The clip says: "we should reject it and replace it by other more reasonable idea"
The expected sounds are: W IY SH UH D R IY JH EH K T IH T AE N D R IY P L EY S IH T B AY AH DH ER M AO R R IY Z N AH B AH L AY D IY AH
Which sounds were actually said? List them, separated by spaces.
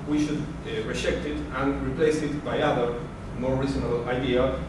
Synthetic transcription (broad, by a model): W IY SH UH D R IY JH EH K T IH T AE N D R IY P L EY S IH T B AY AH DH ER M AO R R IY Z AH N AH L AY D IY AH